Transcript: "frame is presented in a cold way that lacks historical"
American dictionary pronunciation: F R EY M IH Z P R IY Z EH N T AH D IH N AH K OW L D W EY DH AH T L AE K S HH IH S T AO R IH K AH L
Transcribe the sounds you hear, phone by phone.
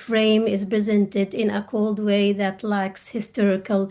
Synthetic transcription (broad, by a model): F R EY M IH Z P R IY Z EH N T AH D IH N AH K OW L D W EY DH AH T L AE K S HH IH S T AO R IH K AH L